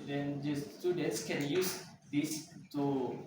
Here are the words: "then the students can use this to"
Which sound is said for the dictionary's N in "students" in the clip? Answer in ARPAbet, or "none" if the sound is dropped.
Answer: none